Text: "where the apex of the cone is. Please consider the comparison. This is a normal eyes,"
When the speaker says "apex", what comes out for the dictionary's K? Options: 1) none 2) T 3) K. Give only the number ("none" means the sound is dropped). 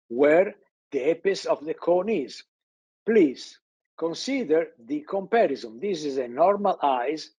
1